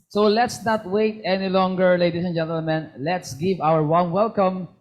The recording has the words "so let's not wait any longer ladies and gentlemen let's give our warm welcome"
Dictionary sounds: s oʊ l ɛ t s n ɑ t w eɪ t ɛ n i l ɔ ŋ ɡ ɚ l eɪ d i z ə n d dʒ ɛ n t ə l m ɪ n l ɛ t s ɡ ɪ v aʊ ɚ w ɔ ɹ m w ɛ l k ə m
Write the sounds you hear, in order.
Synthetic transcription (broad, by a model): s oʊ l ɛ t s n ɑ t w eɪ t ɛ n i l ɔ ŋ ɡ ɚ l eɪ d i s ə n dʒ ɛ n t ə l m ɪ n l ɛ t s ɡ ɪ v aʊ ɚ w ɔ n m w ɛ l k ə m